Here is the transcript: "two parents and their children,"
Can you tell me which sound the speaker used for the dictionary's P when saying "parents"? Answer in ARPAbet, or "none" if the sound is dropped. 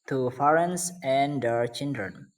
F